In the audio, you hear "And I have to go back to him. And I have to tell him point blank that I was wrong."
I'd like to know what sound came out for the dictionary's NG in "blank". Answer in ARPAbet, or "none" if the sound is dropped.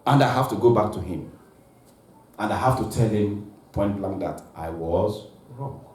none